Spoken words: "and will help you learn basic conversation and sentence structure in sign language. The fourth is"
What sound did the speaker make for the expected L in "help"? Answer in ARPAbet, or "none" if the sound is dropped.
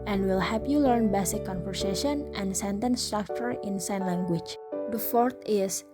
none